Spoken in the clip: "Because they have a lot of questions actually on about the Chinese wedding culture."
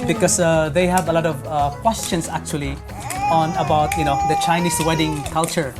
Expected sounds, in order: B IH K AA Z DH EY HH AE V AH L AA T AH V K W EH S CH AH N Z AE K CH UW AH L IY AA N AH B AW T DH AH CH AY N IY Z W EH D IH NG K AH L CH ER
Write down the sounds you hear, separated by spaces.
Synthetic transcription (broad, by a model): B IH K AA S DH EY HH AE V AH L AA T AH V K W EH S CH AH N S AE K CH UW AH L IY AA N AH B AW T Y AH CH AY N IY S W EH D IH NG K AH L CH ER